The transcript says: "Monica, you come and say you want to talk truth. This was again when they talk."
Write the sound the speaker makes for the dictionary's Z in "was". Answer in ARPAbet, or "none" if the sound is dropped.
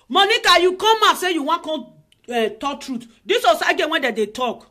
S